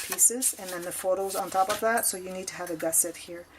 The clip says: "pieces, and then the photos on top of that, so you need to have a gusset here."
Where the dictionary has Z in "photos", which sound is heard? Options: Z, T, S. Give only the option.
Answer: Z